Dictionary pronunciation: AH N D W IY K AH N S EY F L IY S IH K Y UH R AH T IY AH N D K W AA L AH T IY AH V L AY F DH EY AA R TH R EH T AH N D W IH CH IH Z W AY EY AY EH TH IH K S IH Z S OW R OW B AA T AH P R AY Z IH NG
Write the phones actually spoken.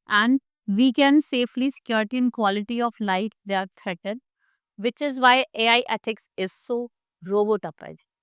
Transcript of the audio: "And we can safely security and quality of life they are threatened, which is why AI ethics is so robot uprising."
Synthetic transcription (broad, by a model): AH N D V IY K AH N S EY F L IY S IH K Y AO R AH T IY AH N K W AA L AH T IY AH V L AY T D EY R T R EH T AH D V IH CH IH Z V AY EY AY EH T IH K S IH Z S OW R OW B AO T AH P R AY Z